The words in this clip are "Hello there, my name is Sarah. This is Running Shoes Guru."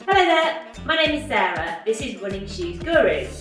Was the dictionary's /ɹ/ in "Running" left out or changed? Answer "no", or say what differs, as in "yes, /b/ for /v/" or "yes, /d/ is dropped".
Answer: yes, /w/ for /ɹ/